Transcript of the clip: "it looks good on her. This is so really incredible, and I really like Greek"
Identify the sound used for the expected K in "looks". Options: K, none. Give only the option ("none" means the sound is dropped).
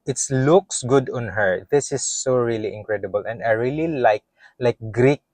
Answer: K